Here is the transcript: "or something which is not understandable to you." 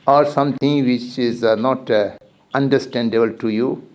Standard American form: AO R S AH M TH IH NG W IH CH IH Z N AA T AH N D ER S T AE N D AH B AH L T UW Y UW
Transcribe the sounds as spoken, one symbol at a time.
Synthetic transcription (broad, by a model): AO R S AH M T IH NG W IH CH IH Z N AA T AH N D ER S T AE N D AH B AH L T UW Y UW